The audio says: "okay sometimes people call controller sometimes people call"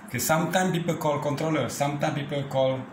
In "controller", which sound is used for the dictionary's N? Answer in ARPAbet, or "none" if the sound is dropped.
N